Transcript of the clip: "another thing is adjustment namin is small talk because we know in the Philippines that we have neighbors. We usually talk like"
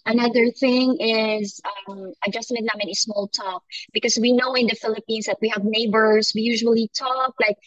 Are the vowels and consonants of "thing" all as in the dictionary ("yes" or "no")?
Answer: yes